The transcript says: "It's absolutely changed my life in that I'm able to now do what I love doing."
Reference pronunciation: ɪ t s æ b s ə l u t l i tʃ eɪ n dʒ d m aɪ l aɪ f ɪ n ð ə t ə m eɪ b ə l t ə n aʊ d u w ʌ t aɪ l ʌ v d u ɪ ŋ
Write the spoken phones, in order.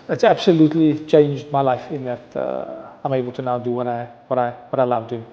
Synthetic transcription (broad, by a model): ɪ t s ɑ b s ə l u t l i tʃ eɪ n dʒ d m aɪ l aɪ f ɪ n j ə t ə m eɪ b ə l t ə n aʊ d u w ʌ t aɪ w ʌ w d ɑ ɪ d